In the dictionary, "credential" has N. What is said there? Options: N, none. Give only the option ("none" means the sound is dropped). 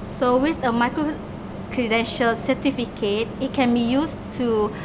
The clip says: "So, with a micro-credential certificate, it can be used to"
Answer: N